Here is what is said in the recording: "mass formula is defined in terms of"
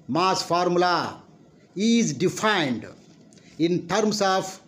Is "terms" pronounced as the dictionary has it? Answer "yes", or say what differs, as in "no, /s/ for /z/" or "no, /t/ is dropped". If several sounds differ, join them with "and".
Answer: no, /s/ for /z/